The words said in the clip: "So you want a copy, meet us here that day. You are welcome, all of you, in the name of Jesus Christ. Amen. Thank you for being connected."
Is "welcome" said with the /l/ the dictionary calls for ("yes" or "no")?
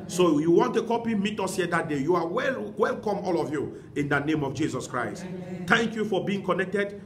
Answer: yes